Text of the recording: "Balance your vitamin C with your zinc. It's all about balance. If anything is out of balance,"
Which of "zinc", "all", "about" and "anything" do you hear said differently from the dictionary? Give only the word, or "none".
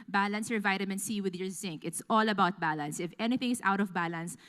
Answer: none